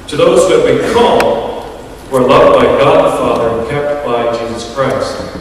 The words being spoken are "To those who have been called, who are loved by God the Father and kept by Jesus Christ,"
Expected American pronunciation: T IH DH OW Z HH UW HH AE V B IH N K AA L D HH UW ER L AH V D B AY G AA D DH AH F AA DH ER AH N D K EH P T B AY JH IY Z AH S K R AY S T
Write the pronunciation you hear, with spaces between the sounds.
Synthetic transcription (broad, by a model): T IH DH OW Z HH UW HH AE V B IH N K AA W ER L AH V D B AY G AA D DH AH F AA DH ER AH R K EH P T B AY JH IY Z AH S K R AY S T